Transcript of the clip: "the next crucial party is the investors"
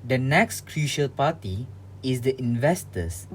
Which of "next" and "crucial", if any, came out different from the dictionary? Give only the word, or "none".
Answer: none